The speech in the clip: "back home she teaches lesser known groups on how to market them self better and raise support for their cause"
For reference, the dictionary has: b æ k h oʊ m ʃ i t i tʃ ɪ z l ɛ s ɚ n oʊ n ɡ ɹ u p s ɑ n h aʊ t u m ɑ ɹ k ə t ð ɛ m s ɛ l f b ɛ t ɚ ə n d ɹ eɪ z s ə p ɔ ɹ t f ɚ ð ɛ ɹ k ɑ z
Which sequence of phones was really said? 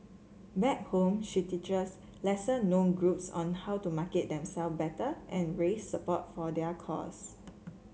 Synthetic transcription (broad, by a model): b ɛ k h oʊ m ʃ i t i tʃ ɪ s l ɛ s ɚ n oʊ n ɡ ɹ u p s ɑ n h aʊ t u m ɑ k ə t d ɛ m s ɛ l f b ɛ t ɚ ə n ɹ eɪ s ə p ɔ t f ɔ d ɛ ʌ k ɑ s